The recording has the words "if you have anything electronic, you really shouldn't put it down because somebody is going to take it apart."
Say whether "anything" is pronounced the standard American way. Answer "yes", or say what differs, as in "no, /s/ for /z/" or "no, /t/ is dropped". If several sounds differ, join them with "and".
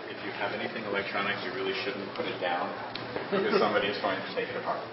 yes